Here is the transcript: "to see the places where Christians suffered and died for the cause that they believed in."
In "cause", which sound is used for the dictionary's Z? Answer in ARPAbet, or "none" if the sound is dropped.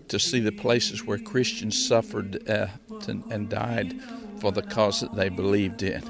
Z